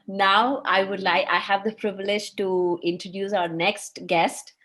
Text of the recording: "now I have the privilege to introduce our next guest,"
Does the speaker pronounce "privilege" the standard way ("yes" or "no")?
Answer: yes